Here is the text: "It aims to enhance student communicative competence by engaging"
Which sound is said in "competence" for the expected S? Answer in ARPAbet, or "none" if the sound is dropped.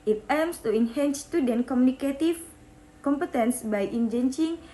S